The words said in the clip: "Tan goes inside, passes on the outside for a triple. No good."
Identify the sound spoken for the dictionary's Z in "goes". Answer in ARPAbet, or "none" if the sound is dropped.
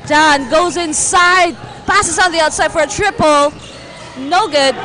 Z